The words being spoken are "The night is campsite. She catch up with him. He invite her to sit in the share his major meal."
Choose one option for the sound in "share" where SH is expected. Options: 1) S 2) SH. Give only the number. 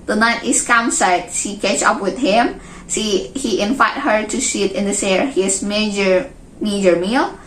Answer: 1